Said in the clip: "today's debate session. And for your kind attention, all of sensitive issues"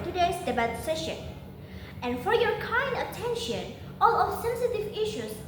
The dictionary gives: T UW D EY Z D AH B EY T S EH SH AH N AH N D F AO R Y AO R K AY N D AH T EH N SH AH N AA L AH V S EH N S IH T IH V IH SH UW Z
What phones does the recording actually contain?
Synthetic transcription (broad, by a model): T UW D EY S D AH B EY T S EH SH AH N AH N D F AO R Y AO R K AY N D AH T EH N SH AH N AA L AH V S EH N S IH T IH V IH SH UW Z